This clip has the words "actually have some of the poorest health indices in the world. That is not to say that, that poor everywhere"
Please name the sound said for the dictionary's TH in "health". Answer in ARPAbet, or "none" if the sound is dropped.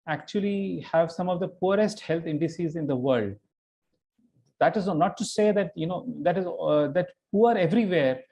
T